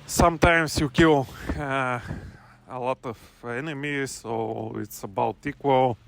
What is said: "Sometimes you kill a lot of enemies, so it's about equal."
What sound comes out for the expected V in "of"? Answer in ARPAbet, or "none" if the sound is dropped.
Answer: F